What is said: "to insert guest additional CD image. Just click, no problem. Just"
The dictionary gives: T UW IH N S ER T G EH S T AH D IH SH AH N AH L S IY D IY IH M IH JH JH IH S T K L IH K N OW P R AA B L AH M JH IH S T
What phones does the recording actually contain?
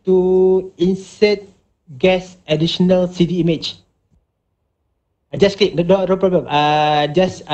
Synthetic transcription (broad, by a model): T UW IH N S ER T G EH S AH D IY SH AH N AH L S IY D IY M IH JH JH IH S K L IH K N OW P R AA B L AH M JH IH S